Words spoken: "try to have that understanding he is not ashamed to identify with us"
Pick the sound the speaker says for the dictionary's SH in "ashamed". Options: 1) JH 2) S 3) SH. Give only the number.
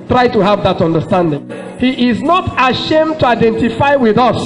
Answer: 3